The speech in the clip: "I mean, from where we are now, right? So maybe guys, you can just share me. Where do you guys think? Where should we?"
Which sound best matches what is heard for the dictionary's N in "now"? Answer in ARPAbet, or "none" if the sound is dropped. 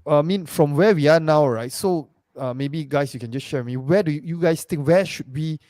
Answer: N